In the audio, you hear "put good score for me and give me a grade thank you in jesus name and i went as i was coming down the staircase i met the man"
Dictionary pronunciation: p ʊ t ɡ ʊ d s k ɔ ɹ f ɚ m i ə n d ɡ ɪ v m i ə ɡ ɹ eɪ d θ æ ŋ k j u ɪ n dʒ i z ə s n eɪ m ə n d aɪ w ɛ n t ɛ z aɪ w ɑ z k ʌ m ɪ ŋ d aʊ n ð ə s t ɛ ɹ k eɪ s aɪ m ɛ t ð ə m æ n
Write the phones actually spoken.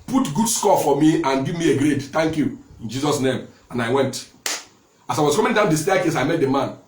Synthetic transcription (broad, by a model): p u t ɡ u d s k ɔ f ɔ m i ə n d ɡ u m i ə ɡ ɹ eɪ d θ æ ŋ k j u ɪ n dʒ i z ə s n eɪ m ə n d aɪ w ɛ n t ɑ s aɪ w ɑ s k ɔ m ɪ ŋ d aʊ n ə s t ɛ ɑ k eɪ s aɪ m ɛ t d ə m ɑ n